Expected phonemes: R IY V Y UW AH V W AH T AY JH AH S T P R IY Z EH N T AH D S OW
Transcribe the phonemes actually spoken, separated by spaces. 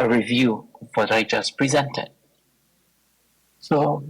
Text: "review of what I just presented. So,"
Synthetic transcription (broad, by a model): R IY V Y UW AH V W AH T AY JH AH S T P R IY Z EH N T AH D S OW